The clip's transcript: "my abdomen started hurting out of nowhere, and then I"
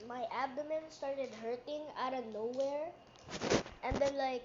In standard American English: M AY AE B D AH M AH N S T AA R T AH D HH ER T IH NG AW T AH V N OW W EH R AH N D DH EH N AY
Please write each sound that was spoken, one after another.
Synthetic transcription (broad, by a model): M AY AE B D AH M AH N S T AA R T AH D HH ER T IH NG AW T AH N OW W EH R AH N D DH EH L AY